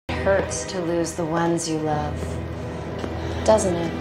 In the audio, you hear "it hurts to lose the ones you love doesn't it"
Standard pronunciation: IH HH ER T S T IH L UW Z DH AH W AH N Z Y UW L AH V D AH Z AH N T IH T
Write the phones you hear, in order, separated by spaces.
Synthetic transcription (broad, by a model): HH ER T S T IH L UW Z DH AH W AH N Z Y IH L AH V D AH Z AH N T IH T